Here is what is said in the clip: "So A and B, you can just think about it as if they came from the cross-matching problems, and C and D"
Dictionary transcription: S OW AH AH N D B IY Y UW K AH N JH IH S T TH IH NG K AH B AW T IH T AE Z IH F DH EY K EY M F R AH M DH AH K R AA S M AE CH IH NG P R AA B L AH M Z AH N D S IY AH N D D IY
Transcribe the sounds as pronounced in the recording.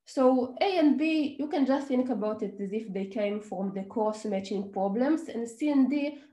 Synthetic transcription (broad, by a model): S OW AH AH N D B IY Y UW K AH N JH IH S T TH IH NG K AH B AW T IH T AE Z IH F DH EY K EY M F R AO M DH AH K AA S M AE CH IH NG P R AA B L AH M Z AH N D S IY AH N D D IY